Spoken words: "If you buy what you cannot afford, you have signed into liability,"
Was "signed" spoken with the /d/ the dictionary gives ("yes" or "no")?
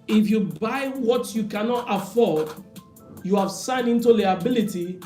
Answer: no